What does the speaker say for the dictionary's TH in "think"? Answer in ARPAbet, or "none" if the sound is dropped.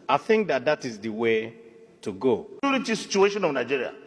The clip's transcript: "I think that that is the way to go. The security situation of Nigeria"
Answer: TH